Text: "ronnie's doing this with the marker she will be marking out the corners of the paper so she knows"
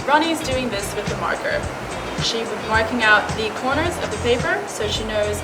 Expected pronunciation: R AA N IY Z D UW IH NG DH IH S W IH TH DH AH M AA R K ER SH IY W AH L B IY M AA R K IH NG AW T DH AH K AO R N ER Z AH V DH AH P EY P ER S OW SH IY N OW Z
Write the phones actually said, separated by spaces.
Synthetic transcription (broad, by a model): R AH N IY Z D UW IH NG DH IH S W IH DH AH M AA R K ER SH IY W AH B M AA R K IH NG AW T DH AH K AO R N ER Z AH V DH AH P EY P ER S OW SH IY N OW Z